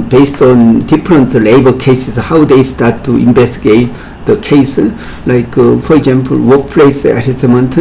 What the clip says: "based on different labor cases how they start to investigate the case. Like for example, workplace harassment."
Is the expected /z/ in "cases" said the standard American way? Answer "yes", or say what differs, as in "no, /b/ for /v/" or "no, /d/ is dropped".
no, /s/ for /z/